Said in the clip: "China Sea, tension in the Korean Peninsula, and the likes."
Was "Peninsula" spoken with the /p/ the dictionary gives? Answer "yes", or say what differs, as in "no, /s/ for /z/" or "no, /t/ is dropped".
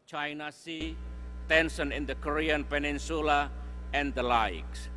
yes